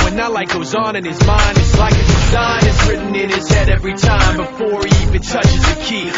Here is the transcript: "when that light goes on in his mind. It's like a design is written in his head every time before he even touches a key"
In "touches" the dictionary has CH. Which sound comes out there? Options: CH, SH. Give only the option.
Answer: CH